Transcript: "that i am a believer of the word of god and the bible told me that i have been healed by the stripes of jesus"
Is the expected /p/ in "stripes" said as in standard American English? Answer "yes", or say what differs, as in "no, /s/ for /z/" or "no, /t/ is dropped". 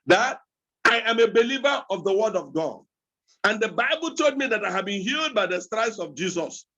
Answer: no, /p/ is dropped